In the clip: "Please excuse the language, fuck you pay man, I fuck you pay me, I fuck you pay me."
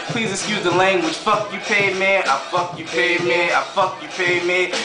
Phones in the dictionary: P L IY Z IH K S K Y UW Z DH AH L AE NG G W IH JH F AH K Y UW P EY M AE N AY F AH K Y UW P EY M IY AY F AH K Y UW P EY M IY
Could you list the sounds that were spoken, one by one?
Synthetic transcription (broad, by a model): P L IY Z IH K S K Y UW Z DH AH L AE NG G W IH JH F AH K Y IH P EY M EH AY F AH K Y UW P EY M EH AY F AH K Y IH P EY M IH